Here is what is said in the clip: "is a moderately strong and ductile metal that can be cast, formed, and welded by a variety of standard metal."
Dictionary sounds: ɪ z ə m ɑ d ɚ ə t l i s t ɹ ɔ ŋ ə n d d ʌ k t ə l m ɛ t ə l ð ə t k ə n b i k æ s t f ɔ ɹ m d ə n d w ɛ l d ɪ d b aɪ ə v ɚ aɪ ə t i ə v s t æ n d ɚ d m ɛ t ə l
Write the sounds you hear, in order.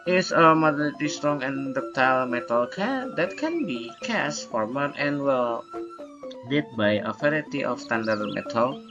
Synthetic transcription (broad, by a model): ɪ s ə m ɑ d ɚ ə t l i s t ɹ ɔ ŋ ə n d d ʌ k t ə l m ɛ t ə l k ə t k ə n b i k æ s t f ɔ ɹ m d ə n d w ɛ l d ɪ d b aɪ ə f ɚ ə t i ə f s t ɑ n d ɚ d m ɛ t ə l